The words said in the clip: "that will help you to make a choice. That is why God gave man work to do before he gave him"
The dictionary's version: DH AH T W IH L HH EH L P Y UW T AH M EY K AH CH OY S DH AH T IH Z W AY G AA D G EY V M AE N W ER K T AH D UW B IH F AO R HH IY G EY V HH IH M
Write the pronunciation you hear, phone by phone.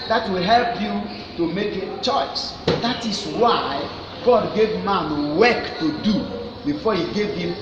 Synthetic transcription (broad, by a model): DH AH T W IH L HH EH L P Y UW T AH M EY K AH CH OY S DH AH T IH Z W AY G AA D G EY V M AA N W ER K T AH D UW B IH F AO HH IY G EY V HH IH M